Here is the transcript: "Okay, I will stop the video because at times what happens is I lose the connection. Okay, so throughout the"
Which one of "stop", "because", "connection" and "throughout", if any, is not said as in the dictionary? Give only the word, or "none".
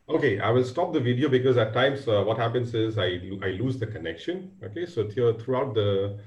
throughout